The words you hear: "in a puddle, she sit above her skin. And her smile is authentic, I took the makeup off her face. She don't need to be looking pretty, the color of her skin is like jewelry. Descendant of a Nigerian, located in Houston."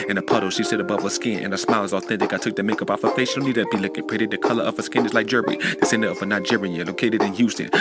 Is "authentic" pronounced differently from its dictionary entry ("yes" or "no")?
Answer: no